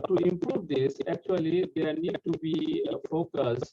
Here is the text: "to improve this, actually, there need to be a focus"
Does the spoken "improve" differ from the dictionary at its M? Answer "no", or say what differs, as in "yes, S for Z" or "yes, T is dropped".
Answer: no